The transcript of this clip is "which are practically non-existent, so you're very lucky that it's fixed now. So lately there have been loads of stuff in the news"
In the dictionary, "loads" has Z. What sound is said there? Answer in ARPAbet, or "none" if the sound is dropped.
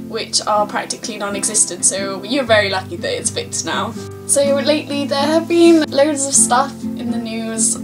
Z